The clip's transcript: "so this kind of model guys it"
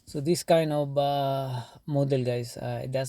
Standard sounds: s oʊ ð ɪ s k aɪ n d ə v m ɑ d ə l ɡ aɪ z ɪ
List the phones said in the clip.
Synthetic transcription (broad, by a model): s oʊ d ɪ s k aɪ n d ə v m ɑ d ə l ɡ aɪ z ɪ